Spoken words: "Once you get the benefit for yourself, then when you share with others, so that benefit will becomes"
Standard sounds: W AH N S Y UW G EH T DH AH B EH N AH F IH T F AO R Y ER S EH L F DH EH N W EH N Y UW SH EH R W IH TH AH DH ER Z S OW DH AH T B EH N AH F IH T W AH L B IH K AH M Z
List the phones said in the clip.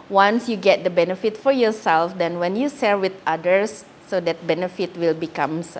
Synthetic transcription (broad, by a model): W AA N S Y UW G EH T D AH B EH N AH F IH T F AO R Y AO S EH L F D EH N W EH N Y UW S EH R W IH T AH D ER S OW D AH T B EH N AH F IH T W AH L B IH K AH M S